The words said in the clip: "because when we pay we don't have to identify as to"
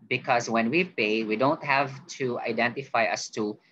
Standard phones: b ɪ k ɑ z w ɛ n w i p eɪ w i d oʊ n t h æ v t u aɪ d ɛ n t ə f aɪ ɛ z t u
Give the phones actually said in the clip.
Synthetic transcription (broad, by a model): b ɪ k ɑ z w ɛ n w i p eɪ w i d oʊ n t h æ v t u aɪ d ɛ n t ə f aɪ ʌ s t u